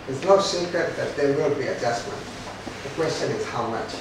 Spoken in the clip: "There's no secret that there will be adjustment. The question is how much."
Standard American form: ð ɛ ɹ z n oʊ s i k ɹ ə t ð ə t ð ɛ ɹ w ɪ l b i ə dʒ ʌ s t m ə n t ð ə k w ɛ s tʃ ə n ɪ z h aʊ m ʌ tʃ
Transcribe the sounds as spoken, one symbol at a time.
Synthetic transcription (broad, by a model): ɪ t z n oʊ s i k ə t ð ə t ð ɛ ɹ w ɪ l b i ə dʒ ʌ s m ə n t ð ə k w ɛ s tʃ ə n ɪ z h aʊ m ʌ tʃ